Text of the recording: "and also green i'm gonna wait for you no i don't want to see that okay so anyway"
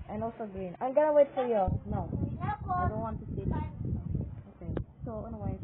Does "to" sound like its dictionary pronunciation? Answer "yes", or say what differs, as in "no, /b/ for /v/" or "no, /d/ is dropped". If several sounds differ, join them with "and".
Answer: no, /s/ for /t/